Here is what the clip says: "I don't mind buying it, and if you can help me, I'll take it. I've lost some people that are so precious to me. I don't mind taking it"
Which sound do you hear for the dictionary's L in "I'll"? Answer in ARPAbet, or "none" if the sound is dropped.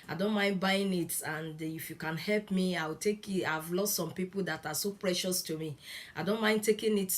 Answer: W